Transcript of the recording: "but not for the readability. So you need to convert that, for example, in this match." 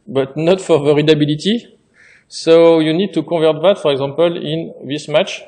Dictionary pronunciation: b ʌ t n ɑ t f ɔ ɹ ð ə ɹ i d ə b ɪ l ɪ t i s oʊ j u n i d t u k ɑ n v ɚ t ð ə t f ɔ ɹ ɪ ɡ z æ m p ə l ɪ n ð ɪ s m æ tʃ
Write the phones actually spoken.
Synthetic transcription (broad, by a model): b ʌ t n ɑ t f ɔ ɹ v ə ɹ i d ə b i l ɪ t i s oʊ j u n i d t u k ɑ v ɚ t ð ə t f ɔ ɹ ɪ ɡ z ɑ p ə l ɪ n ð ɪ s m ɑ tʃ